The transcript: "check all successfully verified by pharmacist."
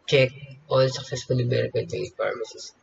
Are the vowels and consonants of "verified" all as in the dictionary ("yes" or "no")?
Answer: no